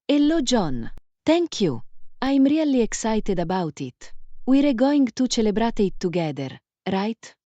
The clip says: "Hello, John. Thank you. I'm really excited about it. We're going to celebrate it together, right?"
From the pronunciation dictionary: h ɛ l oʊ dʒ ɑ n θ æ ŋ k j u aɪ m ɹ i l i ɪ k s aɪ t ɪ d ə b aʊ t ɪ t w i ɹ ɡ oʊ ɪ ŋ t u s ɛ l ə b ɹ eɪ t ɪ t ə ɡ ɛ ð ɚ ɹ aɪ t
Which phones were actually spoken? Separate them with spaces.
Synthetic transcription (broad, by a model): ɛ l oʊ dʒ ɑ n t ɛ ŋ k j u aɪ m ɹ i l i ɪ k s aɪ t ɪ d ə b aʊ t ɪ t w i ɹ ɡ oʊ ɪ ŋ t u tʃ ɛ l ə b ɹ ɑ t ɪ t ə ɡ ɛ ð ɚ ɹ aɪ t